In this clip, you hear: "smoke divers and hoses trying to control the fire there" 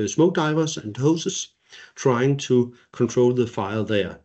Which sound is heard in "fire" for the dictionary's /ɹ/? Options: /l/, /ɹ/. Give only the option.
/l/